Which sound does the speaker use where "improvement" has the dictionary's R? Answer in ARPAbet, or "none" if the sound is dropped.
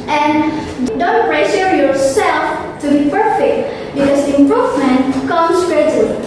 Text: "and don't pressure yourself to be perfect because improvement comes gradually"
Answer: R